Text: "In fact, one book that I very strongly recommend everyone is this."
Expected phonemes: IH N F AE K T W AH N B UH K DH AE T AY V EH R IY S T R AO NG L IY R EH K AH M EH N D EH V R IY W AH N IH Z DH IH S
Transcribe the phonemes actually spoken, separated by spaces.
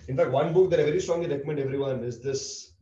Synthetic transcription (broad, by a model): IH N F AE K T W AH N B UH K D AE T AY V EH R IY S T R AO NG L IY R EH K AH M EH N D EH V R IY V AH N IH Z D IH S